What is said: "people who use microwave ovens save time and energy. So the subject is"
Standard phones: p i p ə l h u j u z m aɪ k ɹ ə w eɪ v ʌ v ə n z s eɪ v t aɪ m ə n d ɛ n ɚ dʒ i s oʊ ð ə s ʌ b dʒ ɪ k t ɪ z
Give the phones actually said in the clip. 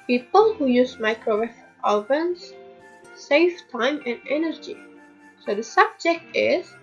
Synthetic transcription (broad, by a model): p i p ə l h u j u z m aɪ k ɹ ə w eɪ f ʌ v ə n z s eɪ f t aɪ m ə n d ɛ n ɚ dʒ i s oʊ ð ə s ʌ b dʒ ɪ k t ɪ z